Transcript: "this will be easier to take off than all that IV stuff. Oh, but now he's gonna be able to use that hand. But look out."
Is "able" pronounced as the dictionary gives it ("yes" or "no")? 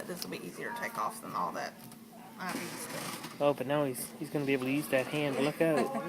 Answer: no